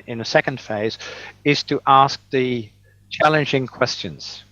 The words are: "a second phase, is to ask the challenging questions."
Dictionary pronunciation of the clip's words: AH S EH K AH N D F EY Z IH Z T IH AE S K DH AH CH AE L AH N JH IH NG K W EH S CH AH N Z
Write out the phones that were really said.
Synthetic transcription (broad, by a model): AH S EH K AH N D F EY Z IH Z T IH AE S K DH AH CH AE L AH N JH IH NG K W EH S CH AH N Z